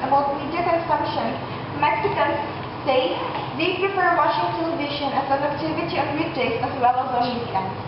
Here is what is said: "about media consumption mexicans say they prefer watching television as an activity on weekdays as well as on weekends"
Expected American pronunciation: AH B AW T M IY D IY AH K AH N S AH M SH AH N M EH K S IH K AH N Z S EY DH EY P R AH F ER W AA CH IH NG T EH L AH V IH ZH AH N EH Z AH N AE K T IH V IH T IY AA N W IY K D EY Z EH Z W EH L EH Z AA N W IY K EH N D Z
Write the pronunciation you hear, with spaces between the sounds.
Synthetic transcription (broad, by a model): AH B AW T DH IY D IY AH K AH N S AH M SH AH N M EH K S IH K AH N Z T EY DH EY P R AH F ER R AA SH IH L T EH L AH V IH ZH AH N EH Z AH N AE K T IH V IH T IY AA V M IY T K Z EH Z W EH L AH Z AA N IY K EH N